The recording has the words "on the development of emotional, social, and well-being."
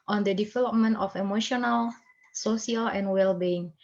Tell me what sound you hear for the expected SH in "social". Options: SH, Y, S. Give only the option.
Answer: S